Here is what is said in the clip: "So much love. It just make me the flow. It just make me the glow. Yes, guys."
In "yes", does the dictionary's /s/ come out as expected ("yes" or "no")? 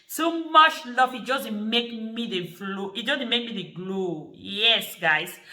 yes